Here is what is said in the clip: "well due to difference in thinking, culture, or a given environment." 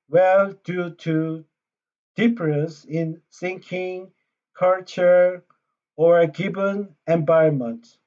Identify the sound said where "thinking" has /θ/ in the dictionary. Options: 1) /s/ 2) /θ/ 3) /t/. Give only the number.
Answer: 1